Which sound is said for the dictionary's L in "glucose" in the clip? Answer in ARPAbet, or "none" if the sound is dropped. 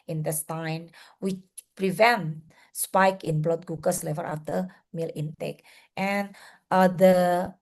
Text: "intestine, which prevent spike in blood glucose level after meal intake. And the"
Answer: none